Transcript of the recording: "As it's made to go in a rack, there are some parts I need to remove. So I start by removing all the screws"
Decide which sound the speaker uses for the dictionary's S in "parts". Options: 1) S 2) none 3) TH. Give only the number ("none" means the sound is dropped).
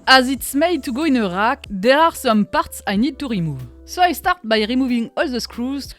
1